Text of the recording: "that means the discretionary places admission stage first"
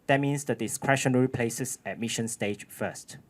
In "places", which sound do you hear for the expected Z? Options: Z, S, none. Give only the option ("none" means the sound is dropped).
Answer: S